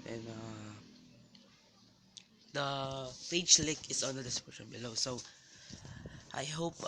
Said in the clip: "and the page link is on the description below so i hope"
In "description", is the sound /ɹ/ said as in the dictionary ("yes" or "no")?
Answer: no